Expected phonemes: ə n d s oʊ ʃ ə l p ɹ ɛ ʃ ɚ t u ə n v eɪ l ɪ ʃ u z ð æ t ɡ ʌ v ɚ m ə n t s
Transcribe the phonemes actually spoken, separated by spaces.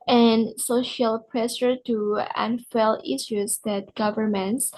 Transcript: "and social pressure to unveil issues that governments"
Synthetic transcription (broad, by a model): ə n s oʊ ʃ ə l p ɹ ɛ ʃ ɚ t u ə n f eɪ l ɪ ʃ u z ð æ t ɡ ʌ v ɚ m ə n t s